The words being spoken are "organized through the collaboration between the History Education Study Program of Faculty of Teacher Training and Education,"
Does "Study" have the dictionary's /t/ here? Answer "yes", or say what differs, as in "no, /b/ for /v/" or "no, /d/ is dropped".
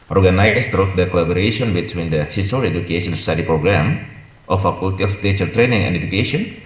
no, /s/ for /t/